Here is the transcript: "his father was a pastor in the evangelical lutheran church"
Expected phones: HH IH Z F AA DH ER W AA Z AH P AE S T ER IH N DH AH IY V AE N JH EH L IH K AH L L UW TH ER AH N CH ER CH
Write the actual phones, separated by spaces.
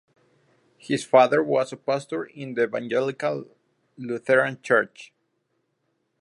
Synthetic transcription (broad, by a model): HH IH S F AA DH ER W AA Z AH P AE S T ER IH N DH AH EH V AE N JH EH L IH K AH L L UW TH ER AH N CH ER CH